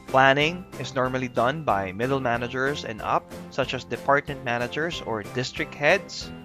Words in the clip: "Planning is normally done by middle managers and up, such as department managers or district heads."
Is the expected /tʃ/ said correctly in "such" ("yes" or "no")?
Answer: yes